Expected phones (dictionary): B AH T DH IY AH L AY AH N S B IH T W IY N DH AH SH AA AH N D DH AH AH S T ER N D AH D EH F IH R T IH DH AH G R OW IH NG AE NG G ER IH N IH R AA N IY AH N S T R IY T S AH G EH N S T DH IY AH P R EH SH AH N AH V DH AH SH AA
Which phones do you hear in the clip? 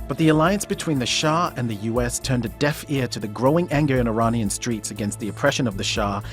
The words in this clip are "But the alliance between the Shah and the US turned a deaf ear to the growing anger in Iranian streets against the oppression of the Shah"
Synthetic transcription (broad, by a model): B AH T DH IY AH L AY AH N S B IH T W IY N DH AH SH AA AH N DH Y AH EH S T ER N D AH D EH F IH R T IH DH AH G R OW IH NG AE NG G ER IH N IH R AA N IY AH N S T R IY T S AH G EH N S T DH IY AH P R EH SH AH N AH V DH AH SH AA